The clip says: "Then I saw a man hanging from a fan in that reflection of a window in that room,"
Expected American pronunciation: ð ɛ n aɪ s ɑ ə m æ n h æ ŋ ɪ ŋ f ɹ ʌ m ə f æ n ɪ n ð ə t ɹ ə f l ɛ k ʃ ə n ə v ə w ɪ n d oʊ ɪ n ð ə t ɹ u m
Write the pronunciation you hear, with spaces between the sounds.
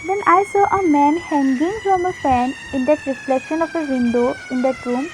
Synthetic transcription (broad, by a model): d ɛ n aɪ s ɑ ə m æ n h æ ŋ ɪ ŋ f ɹ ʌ m ə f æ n ɪ n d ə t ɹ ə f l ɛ ʃ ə n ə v ə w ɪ n d oʊ ɪ n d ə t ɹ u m